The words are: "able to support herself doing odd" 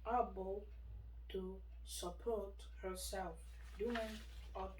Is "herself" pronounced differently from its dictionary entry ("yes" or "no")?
no